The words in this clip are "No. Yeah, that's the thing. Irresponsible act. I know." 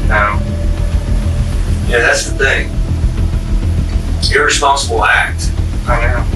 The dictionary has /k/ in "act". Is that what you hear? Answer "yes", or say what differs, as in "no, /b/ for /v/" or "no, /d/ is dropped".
yes